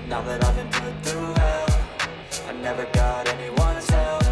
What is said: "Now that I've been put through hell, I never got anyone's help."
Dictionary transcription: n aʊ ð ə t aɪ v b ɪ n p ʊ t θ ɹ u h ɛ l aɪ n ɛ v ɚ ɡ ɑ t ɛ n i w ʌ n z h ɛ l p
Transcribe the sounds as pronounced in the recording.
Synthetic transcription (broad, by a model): n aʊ ð ə t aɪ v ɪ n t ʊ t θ u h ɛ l aɪ n ɛ v ɚ ɡ ɑ t ɛ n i w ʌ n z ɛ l